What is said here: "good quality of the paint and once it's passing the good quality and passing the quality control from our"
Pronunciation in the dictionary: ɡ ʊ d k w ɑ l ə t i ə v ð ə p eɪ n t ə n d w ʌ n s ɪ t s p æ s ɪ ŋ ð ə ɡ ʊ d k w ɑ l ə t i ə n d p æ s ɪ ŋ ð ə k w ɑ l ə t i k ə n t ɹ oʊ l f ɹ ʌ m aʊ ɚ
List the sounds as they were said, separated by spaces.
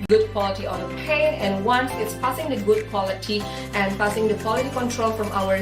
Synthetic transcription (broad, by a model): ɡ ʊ d k w ɑ l ə t i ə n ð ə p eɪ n ə n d w ʌ n s ɪ t s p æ s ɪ ŋ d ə ɡ ʊ d k w ɑ l ə t i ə n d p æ s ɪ ŋ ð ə k w ɑ l ə t i k ə n t ɹ oʊ l f ɹ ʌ m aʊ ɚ